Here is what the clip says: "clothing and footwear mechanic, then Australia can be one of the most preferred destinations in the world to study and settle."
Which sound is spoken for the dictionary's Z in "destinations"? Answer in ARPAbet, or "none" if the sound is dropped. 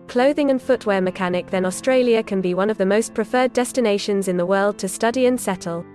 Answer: Z